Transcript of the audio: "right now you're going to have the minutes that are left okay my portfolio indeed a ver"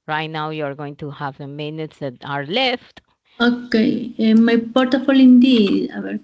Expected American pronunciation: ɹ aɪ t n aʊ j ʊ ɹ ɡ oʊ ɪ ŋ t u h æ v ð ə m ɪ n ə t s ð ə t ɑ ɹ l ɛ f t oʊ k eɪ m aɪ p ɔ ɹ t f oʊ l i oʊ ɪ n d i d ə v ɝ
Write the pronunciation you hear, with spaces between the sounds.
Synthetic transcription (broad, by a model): ɹ aɪ t n aʊ j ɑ ɹ ɡ oʊ ɪ ŋ t u h æ v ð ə m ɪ n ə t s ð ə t ɑ ɹ l ɛ f t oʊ k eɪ m aɪ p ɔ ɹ t oʊ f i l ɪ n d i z ə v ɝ